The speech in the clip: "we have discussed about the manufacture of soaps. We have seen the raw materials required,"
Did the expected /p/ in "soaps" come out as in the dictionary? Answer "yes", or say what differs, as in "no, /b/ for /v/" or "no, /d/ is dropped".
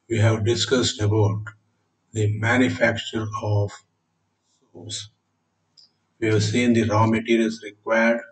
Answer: no, /p/ is dropped